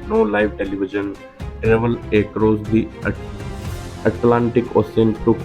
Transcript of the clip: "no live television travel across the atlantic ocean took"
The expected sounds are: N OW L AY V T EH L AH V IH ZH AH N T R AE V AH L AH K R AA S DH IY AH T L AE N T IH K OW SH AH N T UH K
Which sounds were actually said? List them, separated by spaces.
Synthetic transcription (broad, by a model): N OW L AY V T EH L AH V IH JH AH N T R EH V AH L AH K R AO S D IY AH T L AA N T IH K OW S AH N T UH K